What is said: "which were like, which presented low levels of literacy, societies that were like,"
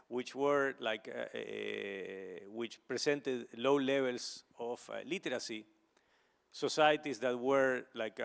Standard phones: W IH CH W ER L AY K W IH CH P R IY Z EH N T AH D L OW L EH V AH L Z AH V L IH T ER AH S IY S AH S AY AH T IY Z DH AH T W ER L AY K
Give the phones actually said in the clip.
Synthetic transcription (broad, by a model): W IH CH W ER L AY K W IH CH P R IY S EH N T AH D L OW L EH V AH L S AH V L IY T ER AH S IY S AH S AY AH T IY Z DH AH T W ER L AY K